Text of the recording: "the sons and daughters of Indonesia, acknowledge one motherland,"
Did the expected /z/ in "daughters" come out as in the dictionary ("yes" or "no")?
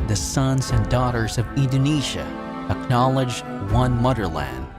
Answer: yes